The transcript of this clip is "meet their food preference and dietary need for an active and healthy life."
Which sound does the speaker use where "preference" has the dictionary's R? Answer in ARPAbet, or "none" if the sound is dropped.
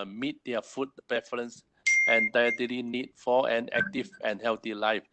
none